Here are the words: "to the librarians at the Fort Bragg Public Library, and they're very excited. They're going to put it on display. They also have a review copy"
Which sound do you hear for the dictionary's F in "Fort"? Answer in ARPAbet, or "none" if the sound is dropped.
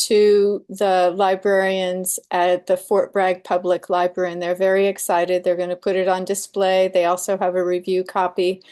F